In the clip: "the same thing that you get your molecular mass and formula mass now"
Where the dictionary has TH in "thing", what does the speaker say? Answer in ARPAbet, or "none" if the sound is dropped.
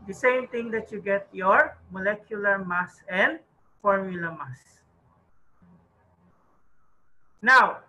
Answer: T